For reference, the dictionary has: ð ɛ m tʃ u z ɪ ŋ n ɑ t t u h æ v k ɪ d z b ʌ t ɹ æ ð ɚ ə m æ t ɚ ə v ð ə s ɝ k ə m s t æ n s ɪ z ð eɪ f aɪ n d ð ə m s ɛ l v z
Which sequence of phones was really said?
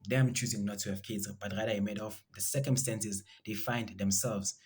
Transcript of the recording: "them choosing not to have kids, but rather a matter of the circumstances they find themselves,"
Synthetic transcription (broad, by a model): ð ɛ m tʃ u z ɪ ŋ n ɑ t t u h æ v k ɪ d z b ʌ t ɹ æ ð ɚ ə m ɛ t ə f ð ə s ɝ k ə m s t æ n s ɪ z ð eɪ f aɪ n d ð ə m s ɛ l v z